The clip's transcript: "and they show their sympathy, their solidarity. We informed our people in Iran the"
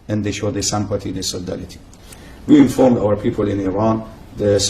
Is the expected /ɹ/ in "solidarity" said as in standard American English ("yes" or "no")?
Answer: no